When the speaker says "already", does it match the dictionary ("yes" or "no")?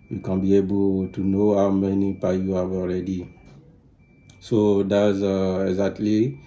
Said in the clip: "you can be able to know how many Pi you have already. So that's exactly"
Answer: yes